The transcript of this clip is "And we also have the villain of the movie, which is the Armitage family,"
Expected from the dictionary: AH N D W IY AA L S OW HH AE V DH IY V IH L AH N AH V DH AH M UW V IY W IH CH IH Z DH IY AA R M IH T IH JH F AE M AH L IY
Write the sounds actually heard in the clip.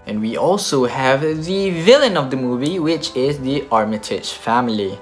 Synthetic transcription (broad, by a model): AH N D W IY AA L S OW HH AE V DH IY V IH L AH N AH V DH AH M UW V IY W IH CH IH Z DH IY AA R M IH T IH CH F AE M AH L IY